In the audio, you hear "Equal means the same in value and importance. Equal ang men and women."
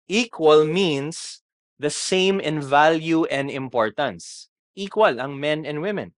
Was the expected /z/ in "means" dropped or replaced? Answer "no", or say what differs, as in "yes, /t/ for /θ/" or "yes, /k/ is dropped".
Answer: yes, /s/ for /z/